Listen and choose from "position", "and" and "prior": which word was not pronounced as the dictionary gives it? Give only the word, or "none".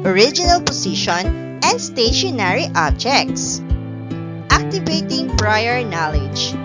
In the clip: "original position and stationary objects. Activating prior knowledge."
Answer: position